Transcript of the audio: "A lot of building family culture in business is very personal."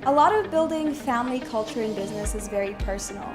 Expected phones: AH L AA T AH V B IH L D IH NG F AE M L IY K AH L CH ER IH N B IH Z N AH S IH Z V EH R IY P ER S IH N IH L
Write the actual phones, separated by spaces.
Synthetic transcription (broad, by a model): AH L AA T AH V B IH L D IH NG F AE M L IY K AH L CH ER IH N B IH Z N AH S IH Z V EH R IY P ER S N L